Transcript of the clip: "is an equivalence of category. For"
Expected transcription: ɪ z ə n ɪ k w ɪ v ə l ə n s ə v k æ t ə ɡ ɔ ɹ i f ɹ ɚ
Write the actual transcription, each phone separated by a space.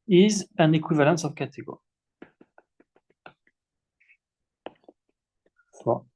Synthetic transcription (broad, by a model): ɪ z ə n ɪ k w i v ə l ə s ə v k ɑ t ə ɡ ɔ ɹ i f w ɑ